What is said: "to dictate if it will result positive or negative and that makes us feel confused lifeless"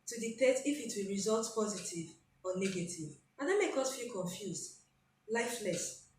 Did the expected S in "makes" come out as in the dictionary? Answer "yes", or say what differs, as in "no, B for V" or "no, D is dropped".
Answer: no, S is dropped